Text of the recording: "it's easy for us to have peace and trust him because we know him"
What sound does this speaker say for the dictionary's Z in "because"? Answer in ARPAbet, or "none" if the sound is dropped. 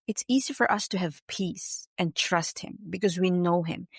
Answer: Z